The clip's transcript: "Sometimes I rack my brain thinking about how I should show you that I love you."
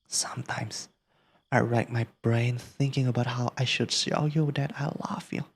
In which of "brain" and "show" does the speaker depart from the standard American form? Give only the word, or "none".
show